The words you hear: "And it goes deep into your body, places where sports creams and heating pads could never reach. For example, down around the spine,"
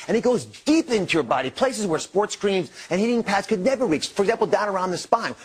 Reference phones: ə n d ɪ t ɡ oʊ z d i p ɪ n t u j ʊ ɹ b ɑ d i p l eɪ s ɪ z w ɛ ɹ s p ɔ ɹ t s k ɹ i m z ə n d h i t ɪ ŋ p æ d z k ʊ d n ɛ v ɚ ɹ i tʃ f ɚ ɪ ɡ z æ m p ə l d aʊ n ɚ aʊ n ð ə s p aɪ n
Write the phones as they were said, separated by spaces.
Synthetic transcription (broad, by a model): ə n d ɪ t ɡ oʊ z d i p ɪ n t u j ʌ ɹ b ɑ d i p l eɪ s ɪ z w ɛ ɹ s p ɔ ɹ t s k ɹ i m z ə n h i t ɪ ŋ p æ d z k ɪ d n ɛ v ɚ ɹ i tʃ f ɚ ɡ z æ m p l d aʊ n ɚ aʊ n ð ə s p aɪ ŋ